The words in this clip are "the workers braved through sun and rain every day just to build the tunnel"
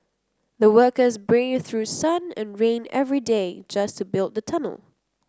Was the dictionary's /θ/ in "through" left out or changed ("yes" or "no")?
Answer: no